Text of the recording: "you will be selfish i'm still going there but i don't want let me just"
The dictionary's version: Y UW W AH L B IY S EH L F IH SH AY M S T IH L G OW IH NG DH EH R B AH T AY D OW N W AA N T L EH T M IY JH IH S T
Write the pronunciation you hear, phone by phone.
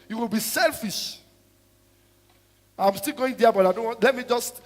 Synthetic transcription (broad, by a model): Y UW W AH L B IY S EH L F IH SH AY M S T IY L G OW IH NG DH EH B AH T AY D OW N W AA N T L EH T M IY JH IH S T